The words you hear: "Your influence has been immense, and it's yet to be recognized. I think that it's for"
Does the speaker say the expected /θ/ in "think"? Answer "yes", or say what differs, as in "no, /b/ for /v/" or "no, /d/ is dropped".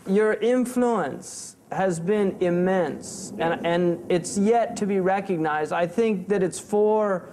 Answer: yes